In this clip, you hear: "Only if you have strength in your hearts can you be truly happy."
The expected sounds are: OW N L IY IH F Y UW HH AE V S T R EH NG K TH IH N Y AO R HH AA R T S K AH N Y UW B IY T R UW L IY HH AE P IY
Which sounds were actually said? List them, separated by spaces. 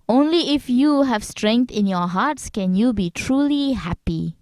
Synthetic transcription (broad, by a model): OW N L IY IH F Y UW HH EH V S T R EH NG K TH IH N Y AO HH AA T S K AH N Y UW B IY T R UW L IY HH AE P IY